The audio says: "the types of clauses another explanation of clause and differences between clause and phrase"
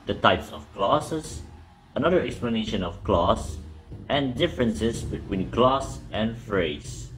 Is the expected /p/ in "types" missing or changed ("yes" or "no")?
no